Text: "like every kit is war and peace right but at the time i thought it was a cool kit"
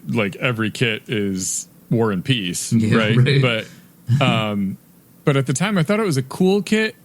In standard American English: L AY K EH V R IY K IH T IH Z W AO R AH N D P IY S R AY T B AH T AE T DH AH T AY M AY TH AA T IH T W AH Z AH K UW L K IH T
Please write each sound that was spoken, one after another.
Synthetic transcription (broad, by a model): L AY K EH V R IY K IH T IH Z W AO R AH N P IY S R AY T B AH T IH T DH AH T AY M AY TH AA T IH T W AH Z AH K UW L K IH T